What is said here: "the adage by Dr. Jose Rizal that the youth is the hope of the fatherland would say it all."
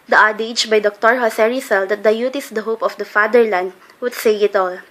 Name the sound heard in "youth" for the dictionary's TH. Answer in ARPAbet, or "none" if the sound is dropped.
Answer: T